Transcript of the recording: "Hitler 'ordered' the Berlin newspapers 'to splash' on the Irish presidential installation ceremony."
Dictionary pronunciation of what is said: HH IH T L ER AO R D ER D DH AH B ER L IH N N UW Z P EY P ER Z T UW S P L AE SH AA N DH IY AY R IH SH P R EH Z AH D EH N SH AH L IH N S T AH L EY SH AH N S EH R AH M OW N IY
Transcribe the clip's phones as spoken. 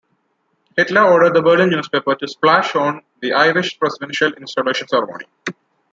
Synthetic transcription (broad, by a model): HH IH T L ER AO R D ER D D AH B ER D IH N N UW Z P EY P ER T UW S P L AE SH AA N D IY AY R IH SH P R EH S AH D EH N SH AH L IH N S T AH L EY SH AH N S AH R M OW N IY